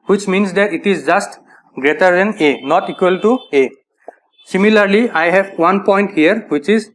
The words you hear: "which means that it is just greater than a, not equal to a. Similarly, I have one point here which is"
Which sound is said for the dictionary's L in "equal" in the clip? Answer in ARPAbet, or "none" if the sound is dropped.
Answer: L